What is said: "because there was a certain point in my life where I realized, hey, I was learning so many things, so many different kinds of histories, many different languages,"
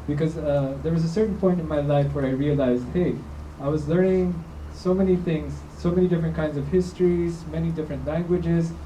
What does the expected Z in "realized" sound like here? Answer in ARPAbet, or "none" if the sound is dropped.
Z